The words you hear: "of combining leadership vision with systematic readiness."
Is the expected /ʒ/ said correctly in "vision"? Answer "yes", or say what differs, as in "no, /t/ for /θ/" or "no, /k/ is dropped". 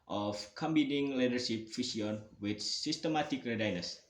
no, /s/ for /ʒ/